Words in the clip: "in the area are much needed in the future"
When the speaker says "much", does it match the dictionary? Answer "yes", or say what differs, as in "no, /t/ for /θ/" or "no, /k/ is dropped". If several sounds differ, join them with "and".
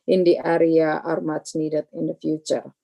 no, /s/ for /tʃ/